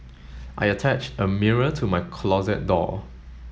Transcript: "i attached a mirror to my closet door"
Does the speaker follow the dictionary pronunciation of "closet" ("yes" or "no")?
yes